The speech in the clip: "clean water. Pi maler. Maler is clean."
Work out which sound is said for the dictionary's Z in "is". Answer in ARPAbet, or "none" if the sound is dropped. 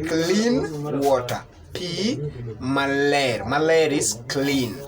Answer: S